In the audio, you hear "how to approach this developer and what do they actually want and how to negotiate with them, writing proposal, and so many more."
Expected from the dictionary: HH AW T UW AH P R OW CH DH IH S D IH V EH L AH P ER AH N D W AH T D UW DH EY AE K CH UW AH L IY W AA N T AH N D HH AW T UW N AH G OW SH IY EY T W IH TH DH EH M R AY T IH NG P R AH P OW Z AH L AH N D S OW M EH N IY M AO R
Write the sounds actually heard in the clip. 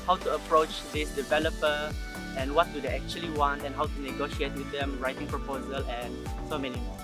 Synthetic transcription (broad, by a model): HH AW T UW AH P R OW CH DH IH S D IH V EH L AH P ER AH N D W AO T D UW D EY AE K CH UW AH L IY W AA N T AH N HH AW T UW N AH G OW SH IY EY T W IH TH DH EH M R AY T IH NG P R AH P OW Z AH L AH N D S OW M EH N IY